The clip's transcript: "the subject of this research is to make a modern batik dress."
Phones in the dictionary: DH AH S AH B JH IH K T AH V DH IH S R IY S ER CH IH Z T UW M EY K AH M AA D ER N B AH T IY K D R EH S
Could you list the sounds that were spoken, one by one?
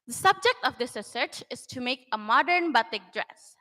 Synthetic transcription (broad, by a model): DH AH S AH B JH IH K T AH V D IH S R IY S ER CH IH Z T UW M EY K AH M AA D ER N B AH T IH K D R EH S